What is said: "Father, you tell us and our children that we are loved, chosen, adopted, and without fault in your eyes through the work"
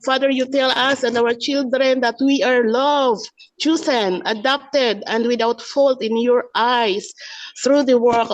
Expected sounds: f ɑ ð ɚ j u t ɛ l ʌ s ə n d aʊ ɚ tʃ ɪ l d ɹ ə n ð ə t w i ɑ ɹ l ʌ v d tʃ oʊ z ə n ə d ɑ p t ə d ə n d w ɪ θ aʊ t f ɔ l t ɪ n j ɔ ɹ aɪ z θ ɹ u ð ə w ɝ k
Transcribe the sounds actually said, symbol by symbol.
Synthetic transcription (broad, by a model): f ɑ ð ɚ j u t ɛ l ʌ s ə n d aʊ ɚ tʃ ɪ l d ɹ ə n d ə t w i ɑ ɹ l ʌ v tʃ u s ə n ə d ɑ p t ə d ə n d w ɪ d aʊ t f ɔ l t ɪ n j ɔ ɹ aɪ s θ ɹ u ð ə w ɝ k